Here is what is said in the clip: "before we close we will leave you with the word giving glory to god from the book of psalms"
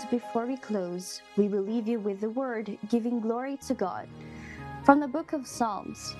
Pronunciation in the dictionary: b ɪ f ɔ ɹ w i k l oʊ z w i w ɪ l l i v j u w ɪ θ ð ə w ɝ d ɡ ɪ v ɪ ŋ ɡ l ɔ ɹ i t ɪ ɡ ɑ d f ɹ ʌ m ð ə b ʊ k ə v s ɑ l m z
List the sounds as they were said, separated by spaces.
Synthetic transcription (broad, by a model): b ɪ f ɔ ɹ w i k l oʊ z w i w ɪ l l i v j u w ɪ ð ə w ɝ d ɡ ɪ v ɪ ŋ ɡ l ɔ ɹ i t ɪ ɡ ɑ d f ɹ ʌ m ð ə b ʊ k ə v s ɑ l m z